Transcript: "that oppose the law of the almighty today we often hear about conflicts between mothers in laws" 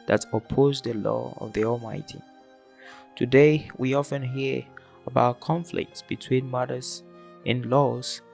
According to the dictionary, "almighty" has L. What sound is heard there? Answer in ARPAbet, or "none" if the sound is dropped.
L